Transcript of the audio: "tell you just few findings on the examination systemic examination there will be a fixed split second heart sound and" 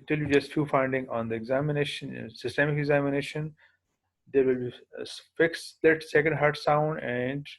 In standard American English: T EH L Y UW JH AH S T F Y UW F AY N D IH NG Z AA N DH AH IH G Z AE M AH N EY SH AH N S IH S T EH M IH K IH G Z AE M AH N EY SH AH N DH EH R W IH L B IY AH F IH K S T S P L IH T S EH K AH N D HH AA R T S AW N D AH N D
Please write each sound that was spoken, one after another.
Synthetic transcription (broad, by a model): T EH L Y UW JH AH S T F Y UW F AY N D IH NG AA N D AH IH G Z AE M AH N EY SH AH N S IH S T EH M IH K IH G Z AE M AH N EY SH AH N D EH R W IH L B IY F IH K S S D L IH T S EH K AH N D HH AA R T S AW N D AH N D